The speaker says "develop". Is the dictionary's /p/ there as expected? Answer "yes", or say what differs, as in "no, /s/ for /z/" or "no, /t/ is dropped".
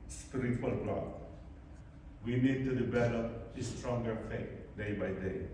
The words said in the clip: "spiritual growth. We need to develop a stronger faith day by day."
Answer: no, /p/ is dropped